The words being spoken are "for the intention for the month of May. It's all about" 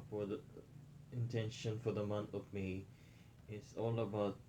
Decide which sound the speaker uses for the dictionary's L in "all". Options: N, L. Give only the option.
L